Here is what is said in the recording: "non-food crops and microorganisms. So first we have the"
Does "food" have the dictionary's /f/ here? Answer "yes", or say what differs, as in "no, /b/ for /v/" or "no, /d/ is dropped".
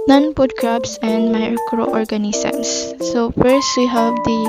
no, /p/ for /f/